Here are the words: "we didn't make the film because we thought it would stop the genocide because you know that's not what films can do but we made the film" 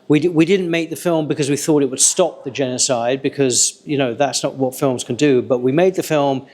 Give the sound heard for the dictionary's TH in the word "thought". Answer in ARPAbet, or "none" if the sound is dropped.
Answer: TH